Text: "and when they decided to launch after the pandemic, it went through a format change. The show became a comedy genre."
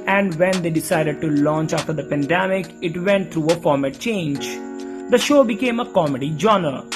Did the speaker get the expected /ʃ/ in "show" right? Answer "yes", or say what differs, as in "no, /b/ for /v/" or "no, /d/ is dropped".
yes